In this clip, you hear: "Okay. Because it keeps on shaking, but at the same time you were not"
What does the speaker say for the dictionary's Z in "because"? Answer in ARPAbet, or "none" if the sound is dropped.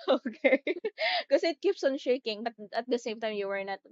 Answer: none